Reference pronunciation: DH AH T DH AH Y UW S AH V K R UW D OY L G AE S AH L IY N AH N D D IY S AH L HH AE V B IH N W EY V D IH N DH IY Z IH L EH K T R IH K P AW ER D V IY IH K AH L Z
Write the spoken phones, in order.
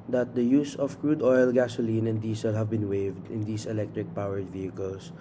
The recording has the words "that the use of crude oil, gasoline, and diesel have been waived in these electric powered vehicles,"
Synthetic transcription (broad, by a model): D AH T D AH Y UW S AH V K R UW D OY L G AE S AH L IY N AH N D D IY S AH L HH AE V B IH N W EY V D IH N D IY S IH L EH K T R IH K P AW ER D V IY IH K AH L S